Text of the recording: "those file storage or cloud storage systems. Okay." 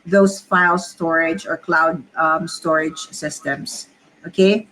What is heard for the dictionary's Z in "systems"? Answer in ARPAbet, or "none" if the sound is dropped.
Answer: S